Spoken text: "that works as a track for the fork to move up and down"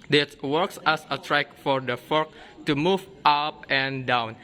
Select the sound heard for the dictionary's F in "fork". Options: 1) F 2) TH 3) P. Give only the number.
1